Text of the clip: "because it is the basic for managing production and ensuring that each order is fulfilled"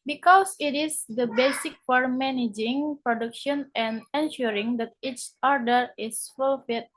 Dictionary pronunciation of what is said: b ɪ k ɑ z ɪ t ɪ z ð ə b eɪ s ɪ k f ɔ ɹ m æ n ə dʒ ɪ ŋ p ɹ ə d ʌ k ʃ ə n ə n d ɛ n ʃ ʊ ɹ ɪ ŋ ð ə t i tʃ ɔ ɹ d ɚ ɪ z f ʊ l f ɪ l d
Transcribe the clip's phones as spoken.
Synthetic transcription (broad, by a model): b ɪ k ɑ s ɪ t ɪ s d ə b eɪ s ɪ k f ɔ ɹ m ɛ n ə dʒ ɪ ŋ p ɹ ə d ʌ k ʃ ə n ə n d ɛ n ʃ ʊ ɹ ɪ ŋ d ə t i tʃ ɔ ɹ d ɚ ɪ s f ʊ l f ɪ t